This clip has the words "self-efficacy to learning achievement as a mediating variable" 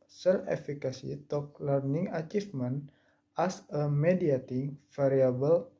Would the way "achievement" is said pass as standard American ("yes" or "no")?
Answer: no